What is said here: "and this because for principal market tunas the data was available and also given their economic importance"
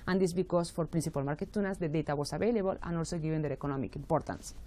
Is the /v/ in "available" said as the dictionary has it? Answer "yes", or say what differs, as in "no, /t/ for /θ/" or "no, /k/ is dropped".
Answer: no, /b/ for /v/